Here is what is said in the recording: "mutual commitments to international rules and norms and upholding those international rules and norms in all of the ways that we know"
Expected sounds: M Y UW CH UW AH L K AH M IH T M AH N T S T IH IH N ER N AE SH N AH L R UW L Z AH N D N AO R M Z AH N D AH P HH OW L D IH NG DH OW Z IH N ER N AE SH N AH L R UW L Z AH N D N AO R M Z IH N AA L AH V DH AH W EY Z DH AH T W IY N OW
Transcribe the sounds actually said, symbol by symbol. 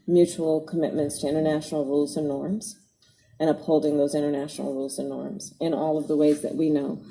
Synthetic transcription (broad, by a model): M Y UW CH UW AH L K AH M IH T M AH N T S T IH IH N ER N AE SH N L R UW L Z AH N N AO R M Z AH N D AH P HH OW L D IH NG DH OW Z IH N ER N AE SH N L R UW L Z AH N N AO R M Z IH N AA L AH V DH AH W EY Z DH AH T W IY N OW